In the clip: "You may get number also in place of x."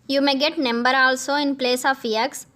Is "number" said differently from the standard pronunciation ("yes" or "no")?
no